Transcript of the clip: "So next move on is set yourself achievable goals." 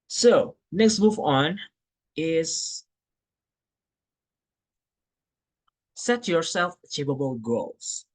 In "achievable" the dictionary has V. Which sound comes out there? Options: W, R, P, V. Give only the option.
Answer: P